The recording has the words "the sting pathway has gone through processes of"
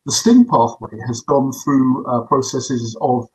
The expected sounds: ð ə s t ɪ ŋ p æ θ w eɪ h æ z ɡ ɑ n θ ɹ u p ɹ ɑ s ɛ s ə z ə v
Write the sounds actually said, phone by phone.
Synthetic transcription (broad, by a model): ð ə s t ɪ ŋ p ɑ θ w eɪ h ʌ z ɡ ɑ n θ ɹ u p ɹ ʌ s ɛ s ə z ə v